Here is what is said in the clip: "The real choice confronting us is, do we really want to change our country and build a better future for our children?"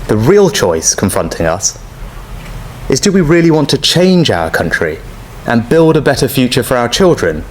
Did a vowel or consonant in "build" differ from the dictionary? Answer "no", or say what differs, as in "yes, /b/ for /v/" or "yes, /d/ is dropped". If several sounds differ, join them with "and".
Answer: no